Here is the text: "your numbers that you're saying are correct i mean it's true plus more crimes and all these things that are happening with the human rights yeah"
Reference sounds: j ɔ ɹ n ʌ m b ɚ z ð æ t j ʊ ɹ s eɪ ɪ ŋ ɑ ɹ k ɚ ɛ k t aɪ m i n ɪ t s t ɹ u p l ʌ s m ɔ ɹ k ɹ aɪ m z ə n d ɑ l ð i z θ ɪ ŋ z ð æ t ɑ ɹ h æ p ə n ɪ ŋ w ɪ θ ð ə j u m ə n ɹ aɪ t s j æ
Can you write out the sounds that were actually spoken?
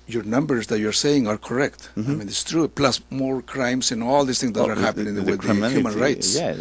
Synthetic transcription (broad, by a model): j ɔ ɹ n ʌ m b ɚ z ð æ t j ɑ ɹ s eɪ ɪ ŋ ɑ ɹ k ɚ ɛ k t aɪ m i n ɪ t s t ɹ u p l ʌ s m ɔ ɹ k ɹ aɪ m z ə n ɑ l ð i s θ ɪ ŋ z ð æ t ɑ ɹ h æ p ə n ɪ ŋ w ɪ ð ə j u m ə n ɹ aɪ t s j